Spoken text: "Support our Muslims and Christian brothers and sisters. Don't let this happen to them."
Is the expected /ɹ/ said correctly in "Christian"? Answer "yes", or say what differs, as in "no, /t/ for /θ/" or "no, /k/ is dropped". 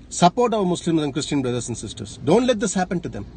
yes